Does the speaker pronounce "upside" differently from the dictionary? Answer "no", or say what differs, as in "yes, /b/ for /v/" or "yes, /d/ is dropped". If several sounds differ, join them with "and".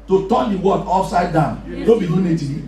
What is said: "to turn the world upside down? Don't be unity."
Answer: yes, /f/ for /p/